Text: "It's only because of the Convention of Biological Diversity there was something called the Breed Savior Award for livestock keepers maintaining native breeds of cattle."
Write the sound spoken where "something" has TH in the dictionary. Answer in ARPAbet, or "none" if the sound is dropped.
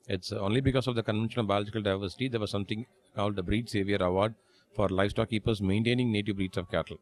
T